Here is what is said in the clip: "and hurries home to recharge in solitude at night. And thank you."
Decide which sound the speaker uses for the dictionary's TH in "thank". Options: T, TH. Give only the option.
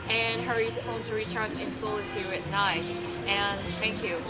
TH